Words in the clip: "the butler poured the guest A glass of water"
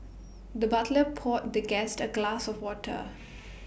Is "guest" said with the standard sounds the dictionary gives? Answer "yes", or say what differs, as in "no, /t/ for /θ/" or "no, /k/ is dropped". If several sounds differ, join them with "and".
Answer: yes